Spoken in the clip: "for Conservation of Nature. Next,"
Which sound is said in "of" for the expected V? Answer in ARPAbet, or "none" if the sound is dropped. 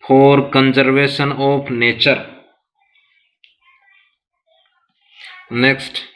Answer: P